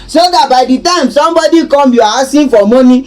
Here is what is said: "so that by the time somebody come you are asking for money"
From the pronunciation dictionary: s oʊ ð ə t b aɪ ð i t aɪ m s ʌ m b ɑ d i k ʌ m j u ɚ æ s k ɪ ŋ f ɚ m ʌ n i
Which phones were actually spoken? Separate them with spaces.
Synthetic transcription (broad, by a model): s oʊ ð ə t b aɪ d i t aɪ m s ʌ m b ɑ d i k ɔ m j u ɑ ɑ s ɪ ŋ f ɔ m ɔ n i